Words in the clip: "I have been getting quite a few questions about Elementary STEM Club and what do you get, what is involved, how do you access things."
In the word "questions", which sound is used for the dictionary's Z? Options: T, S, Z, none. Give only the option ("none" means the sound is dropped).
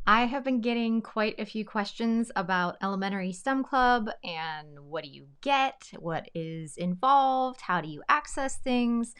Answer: Z